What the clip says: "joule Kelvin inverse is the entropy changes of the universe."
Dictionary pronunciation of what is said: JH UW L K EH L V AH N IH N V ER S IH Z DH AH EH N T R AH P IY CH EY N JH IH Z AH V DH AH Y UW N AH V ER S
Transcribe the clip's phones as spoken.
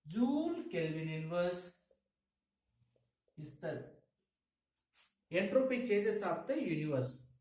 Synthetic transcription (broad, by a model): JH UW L K EH L V AH N IH N V ER S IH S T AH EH N T R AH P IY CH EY JH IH S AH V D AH Y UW N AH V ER S